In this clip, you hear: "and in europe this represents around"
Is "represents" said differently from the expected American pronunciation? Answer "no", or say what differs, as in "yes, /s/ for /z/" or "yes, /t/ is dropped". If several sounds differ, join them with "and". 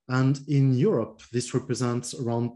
no